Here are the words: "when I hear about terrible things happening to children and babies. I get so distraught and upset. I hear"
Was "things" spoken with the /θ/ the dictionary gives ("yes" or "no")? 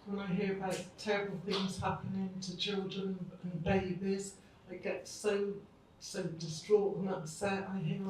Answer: yes